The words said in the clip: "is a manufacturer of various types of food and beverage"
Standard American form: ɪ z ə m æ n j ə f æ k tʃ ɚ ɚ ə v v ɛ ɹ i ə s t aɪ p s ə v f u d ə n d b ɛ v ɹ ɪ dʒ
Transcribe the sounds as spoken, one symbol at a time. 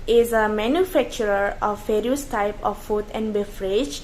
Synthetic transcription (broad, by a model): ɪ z ə m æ n j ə f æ k tʃ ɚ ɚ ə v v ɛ ɹ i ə s t aɪ p ə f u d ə n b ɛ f ɹ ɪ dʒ